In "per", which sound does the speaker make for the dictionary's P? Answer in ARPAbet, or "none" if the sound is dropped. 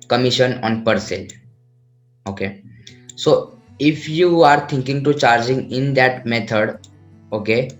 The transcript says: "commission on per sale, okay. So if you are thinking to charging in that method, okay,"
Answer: P